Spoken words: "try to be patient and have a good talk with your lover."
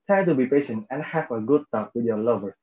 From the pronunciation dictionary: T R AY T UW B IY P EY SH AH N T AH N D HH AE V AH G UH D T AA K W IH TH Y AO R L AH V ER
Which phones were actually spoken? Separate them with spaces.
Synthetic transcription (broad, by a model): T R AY T UW B IY P EY SH AH N T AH N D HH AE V AH G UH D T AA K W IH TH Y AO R L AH V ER